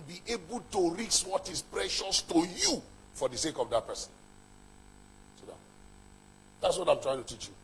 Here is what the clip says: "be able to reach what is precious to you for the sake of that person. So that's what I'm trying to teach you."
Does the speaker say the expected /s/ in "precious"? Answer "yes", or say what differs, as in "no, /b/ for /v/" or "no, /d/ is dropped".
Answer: yes